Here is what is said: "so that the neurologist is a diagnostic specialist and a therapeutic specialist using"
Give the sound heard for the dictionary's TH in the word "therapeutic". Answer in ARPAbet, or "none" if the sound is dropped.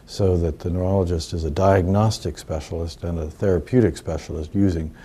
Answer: TH